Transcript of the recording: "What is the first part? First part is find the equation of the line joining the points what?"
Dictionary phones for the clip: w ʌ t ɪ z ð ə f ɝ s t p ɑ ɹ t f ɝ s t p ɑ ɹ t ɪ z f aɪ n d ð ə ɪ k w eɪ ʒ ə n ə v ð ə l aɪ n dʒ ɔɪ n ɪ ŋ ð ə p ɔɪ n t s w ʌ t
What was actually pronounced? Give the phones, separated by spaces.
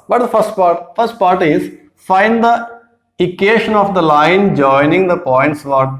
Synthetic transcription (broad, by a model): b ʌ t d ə f ɝ s t p ɑ ɹ t f ɝ s t p ɑ ɹ t ɪ z f aɪ n d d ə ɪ k eɪ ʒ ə n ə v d ə l aɪ n dʒ ɔɪ n ɪ ŋ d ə p ɔɪ n t s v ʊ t